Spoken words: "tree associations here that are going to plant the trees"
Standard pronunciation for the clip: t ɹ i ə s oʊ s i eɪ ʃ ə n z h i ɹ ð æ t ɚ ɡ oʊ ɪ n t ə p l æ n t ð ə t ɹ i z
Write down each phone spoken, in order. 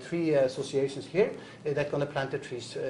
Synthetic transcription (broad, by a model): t ɹ i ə s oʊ s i eɪ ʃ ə n s h i ɹ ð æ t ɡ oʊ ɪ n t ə p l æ n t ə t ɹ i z